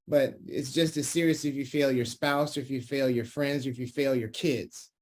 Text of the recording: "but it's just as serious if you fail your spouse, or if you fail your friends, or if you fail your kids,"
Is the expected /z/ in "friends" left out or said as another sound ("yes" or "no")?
no